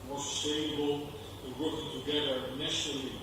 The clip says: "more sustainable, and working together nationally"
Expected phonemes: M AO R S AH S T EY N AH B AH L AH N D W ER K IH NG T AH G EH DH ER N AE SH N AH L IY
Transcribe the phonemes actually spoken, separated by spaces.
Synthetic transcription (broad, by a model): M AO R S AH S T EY AH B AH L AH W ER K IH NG T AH G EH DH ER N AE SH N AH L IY